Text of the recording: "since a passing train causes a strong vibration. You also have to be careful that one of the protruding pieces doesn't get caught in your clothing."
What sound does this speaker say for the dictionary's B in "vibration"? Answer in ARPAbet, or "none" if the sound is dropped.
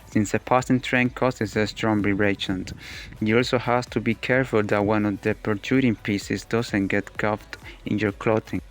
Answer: none